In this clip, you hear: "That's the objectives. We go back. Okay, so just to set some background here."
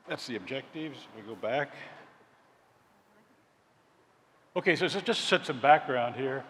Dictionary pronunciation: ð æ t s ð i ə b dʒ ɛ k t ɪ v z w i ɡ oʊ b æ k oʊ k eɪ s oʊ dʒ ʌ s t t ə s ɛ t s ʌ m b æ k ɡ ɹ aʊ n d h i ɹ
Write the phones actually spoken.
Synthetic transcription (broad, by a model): ð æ t s ð i ə b dʒ ɛ k t ɪ v z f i ɡ oʊ b æ k oʊ k eɪ s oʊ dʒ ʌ s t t s ɛ t s ʌ m b æ k ɡ ɹ aʊ n d h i ɹ